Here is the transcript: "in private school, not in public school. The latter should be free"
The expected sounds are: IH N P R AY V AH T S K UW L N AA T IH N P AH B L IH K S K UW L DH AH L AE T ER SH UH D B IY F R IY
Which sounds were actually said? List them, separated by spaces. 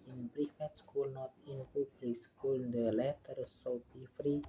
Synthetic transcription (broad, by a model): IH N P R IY F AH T S K UW L N AA T IH N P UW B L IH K S K UW L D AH L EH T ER S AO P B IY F R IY